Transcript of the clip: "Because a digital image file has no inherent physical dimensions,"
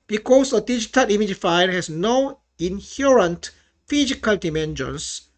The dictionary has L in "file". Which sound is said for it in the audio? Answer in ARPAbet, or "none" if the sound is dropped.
N